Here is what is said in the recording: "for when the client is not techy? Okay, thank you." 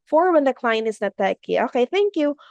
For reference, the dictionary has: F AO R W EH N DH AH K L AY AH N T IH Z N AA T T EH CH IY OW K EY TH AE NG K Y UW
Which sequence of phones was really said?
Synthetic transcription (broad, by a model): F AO R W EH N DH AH K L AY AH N IH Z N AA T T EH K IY OW K EY TH AE NG K Y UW